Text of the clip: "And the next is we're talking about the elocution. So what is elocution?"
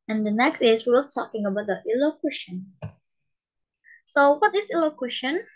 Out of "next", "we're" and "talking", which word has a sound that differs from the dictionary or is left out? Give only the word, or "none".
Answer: we're